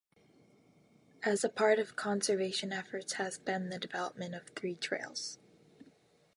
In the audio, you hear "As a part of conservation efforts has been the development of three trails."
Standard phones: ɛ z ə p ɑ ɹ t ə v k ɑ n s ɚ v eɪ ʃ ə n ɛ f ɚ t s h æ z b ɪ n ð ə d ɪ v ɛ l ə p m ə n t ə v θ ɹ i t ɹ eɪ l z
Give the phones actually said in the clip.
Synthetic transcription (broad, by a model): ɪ z ə p ɑ ɹ t ə v k ɑ n s ɚ v eɪ ʃ ə n ɛ f ɚ t s h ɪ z b ɪ n ð ə d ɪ v ɛ l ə p m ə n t ə v θ ɹ i t ɹ eɪ l z